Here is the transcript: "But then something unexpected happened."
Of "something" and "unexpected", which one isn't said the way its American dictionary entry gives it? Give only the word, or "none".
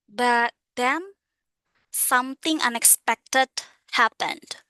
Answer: something